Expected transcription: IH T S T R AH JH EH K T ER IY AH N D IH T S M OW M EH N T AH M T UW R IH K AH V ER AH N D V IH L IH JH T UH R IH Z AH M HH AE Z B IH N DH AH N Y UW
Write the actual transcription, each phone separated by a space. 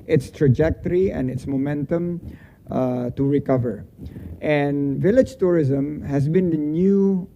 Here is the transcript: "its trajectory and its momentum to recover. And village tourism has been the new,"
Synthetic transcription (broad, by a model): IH T S T R AH JH EH K T ER IY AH N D IH T S M OW M EH N T AH M T UW R IH K AH V ER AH N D V IH L IH JH T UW R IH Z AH M HH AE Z B IH N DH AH N Y UW